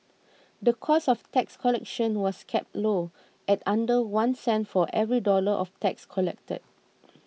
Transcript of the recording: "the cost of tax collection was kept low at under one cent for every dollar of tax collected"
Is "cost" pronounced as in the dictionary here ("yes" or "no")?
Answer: no